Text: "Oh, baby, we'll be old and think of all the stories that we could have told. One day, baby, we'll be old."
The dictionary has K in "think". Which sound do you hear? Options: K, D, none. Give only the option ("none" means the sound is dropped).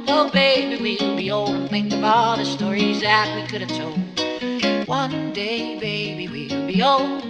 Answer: none